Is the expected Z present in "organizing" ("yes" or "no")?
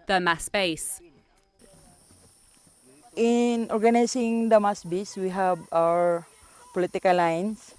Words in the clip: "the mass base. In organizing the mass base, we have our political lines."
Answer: no